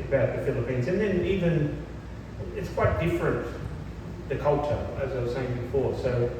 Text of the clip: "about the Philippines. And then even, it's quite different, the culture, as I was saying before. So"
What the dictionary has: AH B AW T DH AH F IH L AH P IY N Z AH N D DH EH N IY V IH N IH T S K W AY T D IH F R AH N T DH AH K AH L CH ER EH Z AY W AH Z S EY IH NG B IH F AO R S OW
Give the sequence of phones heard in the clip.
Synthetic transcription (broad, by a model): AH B AW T DH AH F IH L AH P IY N Z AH N DH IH N IY V IH N IH T S K W AY T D IH F R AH N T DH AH K AH L CH ER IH Z AY W AH Z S EY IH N B IH F AO R S OW